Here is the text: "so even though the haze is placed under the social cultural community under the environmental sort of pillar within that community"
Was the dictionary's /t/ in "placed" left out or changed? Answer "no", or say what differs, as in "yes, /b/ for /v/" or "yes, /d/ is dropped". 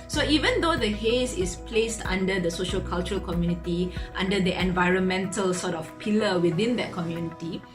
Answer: no